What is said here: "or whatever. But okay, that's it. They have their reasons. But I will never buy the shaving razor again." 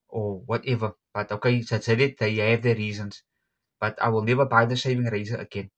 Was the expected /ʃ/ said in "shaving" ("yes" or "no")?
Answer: no